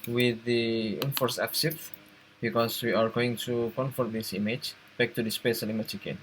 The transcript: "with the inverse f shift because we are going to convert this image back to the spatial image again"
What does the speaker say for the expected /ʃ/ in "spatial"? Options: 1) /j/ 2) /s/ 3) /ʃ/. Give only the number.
2